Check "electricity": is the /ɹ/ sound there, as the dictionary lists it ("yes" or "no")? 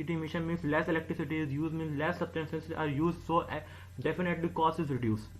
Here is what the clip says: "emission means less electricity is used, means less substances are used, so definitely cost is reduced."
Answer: yes